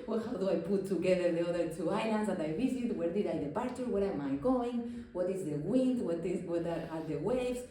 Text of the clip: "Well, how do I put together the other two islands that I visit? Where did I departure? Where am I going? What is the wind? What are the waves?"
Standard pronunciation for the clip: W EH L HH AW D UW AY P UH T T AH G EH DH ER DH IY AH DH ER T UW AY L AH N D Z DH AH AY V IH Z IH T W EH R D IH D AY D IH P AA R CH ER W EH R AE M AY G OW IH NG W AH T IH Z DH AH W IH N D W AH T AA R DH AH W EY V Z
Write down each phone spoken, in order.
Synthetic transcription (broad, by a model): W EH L HH AW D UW AY P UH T T AH G EH DH ER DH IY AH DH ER T UW AY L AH N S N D AY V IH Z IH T W EH R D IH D AY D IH P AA R CH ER W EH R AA M AY G OW IH NG W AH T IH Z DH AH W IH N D W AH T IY W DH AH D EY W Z